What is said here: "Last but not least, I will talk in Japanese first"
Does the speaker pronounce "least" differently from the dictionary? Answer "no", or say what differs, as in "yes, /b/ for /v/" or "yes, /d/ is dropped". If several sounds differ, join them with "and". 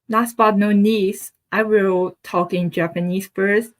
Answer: yes, /n/ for /l/